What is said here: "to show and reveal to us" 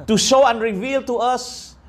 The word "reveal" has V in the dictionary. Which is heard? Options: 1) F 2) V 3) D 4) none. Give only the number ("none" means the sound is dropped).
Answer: 2